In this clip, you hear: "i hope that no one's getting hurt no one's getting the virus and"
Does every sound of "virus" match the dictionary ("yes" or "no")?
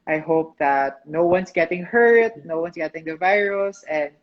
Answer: yes